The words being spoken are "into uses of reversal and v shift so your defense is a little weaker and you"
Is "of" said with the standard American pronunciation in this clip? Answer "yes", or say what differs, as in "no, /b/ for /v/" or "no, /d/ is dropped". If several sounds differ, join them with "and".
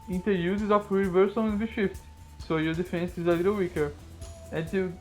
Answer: no, /f/ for /v/